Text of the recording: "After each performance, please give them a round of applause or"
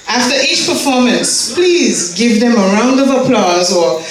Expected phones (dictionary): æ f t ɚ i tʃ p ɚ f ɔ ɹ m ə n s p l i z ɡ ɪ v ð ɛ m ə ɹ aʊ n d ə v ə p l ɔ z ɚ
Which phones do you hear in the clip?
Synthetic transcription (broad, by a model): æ f t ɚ i tʃ p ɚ f ɔ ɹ m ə n s p l i z ɡ ɪ v ð ɛ m ə ɹ aʊ n d ə v ə p l ɔ z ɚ